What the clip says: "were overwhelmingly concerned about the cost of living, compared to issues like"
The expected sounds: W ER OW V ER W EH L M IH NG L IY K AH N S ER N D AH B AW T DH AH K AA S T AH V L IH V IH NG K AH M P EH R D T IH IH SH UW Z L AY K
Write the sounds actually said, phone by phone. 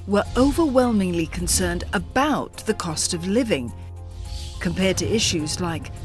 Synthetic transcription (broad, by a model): W ER OW V ER W EH L M IH NG L IY K N S ER N D AH B AW T DH AH K AA S T AH V L IH V IH NG K AH M P EH R D T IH IH SH UW Z L AY K